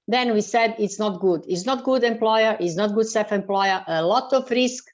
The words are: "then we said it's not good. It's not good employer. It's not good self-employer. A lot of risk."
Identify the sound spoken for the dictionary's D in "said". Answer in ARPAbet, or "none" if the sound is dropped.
D